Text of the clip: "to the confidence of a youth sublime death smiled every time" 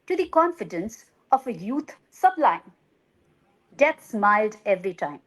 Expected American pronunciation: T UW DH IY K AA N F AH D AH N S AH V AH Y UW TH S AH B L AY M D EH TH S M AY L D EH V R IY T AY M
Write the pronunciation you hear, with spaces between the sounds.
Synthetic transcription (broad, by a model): T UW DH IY K AA N F AH D AH N S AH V AH Y UW T S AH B L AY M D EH T S M AY L D EH V R IY T AY M